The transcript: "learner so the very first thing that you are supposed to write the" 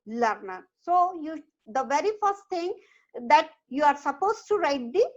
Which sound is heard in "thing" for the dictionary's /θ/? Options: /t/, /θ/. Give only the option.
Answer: /t/